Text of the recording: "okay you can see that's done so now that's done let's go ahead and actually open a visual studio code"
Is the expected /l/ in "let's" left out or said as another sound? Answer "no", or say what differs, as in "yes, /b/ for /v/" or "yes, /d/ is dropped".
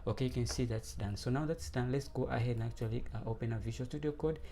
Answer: no